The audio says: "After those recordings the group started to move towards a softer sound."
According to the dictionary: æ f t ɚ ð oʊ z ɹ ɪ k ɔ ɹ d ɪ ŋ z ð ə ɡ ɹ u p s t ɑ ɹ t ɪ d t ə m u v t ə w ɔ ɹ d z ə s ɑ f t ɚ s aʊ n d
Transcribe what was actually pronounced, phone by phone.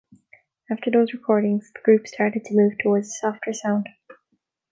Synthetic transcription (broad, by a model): æ f t ɚ ð oʊ z ɹ ɪ k ɔ ɹ d ɪ ŋ z ð ə ɡ ɹ u p s t ɑ ɹ t ɪ d t ə m u v t ə w ɔ ɹ d z ə s ɑ f t ɚ s aʊ n d